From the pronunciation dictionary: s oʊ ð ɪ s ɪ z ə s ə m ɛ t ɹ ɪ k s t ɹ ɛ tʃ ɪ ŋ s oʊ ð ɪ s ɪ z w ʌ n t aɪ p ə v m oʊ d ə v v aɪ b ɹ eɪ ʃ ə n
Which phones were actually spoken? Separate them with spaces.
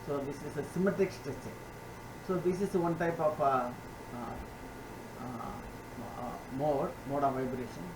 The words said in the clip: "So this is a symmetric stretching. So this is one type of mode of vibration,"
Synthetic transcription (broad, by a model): s oʊ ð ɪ s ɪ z ə s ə m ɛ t ɪ k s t ɛ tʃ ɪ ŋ s oʊ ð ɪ s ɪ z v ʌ n t aɪ p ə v m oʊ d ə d v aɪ b ɹ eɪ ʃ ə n